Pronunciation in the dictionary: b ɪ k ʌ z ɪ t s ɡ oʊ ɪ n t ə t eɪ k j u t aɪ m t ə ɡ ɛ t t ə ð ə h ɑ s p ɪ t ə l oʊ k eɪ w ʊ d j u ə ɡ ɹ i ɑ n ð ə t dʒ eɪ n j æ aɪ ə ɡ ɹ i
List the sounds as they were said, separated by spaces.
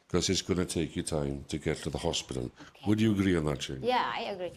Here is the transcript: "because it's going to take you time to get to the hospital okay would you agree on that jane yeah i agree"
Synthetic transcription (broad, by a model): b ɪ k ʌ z ɪ t s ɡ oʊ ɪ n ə t eɪ k j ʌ t aɪ m t ə ɡ ɛ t t ə ð ə h ɑ s p ɪ t ə l w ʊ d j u ə ɡ ɹ i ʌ n ð ə t tʃ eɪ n j æ aɪ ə ɡ ɹ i